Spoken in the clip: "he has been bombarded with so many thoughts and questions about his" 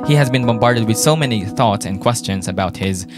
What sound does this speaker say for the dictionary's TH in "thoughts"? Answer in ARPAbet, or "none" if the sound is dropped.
TH